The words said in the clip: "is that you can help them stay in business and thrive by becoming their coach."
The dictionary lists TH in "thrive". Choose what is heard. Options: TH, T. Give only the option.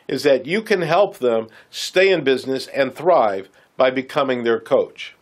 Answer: TH